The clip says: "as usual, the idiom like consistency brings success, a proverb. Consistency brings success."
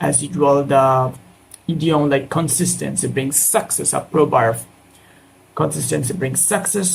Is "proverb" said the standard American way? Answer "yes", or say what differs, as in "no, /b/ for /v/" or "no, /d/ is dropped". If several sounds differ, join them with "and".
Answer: no, /b/ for /v/